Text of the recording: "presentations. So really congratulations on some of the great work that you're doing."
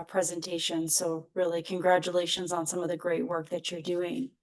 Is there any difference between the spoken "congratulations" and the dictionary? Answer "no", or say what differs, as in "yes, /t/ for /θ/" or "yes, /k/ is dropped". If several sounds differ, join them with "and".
no